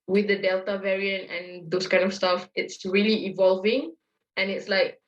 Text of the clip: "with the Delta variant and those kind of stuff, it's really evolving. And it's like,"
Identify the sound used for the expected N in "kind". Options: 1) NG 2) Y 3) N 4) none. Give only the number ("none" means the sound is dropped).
3